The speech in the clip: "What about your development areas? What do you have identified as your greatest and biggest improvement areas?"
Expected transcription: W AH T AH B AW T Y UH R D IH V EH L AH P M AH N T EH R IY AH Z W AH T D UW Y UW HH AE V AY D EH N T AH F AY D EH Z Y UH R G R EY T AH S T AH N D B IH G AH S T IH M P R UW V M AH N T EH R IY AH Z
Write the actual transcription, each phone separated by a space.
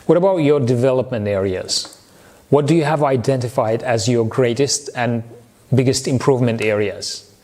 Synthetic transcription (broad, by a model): W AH T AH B AW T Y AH R D IH V EH L AH P M AH N T EH R IY AH Z W AH T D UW Y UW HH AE V AY D EH N T AH F AY D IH Z Y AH R G R EY T AH S T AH N B IH G AH S T IH M P R UW V M AH N T EH R IY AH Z